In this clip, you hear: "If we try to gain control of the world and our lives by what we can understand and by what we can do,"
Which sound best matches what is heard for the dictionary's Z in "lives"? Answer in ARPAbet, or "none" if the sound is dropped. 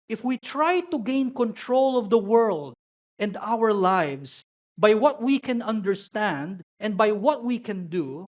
S